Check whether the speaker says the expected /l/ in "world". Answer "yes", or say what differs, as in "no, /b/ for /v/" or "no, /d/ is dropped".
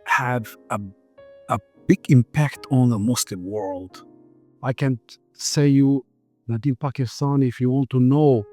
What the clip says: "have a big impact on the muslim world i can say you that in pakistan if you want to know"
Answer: yes